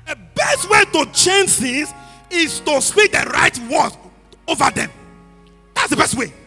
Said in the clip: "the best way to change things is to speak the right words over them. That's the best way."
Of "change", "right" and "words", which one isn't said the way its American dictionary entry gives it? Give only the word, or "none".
words